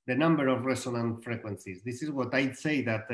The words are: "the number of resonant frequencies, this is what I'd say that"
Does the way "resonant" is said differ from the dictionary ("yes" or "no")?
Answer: yes